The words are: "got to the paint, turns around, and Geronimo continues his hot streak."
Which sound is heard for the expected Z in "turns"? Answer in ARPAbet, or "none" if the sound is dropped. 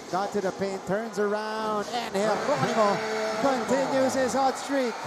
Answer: Z